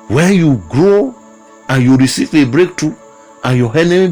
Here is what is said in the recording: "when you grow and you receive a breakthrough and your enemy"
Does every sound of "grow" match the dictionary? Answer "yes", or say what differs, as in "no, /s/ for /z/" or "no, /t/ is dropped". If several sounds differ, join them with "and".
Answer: yes